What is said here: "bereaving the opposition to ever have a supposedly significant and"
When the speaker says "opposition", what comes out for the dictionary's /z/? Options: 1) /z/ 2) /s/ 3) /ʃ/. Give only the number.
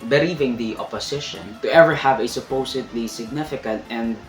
2